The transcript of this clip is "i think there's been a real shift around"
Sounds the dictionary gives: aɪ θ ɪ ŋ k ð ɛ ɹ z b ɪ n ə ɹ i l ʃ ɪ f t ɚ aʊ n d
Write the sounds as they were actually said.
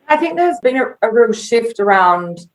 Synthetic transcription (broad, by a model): aɪ θ ɪ ŋ k ð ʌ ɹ z b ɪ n ə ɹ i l ʃ ɪ f t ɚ aʊ n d